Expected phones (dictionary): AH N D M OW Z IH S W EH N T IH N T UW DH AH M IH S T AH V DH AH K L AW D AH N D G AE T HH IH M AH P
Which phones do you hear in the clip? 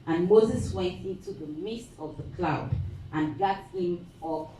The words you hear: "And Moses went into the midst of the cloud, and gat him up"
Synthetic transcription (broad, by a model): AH N M OW Z IH S W EH N T IH N T UW DH AH M IH S T AH V DH AH K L AW D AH N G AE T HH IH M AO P